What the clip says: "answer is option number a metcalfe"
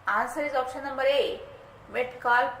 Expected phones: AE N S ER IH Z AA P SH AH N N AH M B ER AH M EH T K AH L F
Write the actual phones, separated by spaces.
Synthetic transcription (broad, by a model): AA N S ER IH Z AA P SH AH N N AH M B ER AH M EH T K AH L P